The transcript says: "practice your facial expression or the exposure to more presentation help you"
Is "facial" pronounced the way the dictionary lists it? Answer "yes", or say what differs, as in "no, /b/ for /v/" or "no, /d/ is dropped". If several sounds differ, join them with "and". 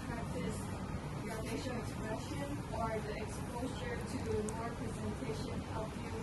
no, /n/ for /l/